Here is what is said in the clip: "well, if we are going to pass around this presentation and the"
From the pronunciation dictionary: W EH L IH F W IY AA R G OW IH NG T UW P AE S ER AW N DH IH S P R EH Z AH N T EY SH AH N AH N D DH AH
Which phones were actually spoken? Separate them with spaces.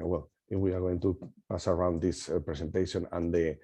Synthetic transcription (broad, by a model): W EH L IH F W IY AA R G OW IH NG T UW P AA S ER AW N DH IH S P R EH S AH N T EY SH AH N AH N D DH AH